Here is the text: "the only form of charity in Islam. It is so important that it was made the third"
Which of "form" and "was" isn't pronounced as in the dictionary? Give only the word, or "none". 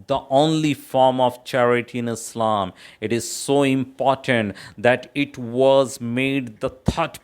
none